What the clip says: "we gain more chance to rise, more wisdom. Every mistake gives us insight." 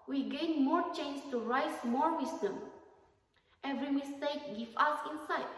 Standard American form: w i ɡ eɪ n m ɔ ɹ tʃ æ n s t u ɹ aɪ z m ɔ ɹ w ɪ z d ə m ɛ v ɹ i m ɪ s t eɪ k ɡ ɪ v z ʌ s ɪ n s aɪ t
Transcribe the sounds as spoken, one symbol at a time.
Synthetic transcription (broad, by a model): w i ɡ eɪ n m ɔ ɹ tʃ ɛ n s t u ɹ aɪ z m ɔ ɹ w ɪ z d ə m ɛ v ɹ i m ɪ s t eɪ k ɡ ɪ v ʌ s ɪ n s aɪ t